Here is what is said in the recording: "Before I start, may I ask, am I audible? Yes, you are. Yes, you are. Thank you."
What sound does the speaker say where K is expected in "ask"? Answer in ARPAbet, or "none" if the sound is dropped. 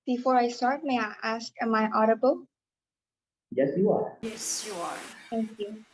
K